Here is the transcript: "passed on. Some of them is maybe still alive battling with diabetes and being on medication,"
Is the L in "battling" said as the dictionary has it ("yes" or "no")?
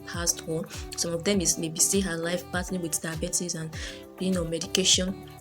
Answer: no